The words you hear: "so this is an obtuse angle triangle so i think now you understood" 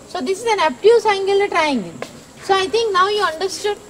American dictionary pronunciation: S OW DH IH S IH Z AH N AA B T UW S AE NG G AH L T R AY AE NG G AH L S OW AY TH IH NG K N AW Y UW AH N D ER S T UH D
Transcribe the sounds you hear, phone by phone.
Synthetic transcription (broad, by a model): S OW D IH S IH Z AH N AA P T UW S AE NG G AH L T R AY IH NG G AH N S OW AY T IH NG K N AW Y UW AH N D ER S T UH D